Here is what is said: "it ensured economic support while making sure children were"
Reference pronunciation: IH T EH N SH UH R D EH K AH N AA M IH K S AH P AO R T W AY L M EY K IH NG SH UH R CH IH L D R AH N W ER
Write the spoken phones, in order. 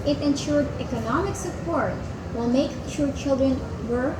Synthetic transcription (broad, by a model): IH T EH N SH UH R D EH K AH N AA M IH K S AH P AO R T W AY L M EY IH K SH UH R CH IH L D R AH N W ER